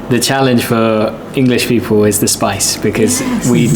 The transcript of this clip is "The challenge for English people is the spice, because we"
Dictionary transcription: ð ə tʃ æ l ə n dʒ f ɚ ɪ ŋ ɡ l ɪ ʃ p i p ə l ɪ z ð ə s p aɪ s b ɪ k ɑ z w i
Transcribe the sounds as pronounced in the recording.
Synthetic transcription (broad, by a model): ð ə tʃ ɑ l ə n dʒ f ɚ ɪ ŋ ɡ l ɪ ʃ p i p ə l ɪ z ð ə s p aɪ s b ɪ k ɑ z w i